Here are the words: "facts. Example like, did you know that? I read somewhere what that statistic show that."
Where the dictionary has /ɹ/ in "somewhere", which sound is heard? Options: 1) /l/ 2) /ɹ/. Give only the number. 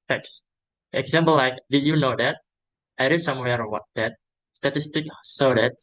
2